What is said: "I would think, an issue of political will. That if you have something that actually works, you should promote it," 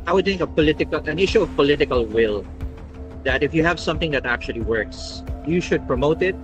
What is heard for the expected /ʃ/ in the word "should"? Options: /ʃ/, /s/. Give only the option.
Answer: /ʃ/